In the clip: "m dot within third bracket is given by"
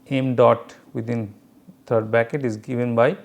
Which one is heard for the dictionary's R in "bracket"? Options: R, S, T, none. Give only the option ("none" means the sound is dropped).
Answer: none